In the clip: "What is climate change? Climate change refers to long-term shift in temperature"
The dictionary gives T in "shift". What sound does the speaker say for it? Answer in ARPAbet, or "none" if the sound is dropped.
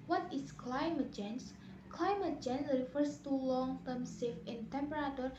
none